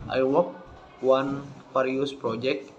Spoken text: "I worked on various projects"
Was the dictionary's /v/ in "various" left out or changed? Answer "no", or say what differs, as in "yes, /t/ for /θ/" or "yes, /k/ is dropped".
yes, /p/ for /v/